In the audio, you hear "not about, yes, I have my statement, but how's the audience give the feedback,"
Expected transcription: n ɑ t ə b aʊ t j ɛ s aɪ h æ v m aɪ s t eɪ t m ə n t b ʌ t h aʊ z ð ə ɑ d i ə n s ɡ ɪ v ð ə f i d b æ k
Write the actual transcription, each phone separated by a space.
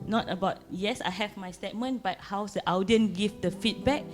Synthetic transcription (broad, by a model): n ɑ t ə b aʊ t j ɛ s aɪ h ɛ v m aɪ s t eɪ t m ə n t b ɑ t h aʊ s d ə ɑ d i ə n ɡ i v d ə f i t b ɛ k